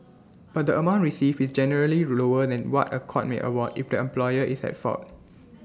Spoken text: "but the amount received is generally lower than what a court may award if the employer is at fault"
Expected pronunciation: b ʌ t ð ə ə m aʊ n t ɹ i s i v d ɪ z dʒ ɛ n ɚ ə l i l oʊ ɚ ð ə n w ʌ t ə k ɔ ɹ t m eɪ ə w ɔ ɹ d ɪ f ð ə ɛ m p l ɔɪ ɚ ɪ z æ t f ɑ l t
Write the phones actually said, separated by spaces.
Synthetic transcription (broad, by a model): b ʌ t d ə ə m aʊ n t ɹ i s i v ɪ s dʒ ɛ n ɚ ə l i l oʊ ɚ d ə n w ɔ t ə k ɔ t m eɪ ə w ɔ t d ɪ f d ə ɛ m p l ɔɪ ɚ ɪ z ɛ t f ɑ t